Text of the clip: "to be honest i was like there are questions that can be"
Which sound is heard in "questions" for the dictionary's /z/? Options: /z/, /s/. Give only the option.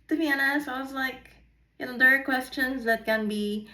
/z/